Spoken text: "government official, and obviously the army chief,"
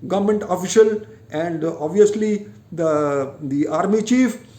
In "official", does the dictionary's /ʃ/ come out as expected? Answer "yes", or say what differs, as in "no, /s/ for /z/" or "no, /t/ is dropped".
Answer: yes